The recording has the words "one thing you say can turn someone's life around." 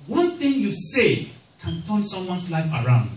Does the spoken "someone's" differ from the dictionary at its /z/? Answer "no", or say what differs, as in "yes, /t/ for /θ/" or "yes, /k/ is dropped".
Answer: yes, /s/ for /z/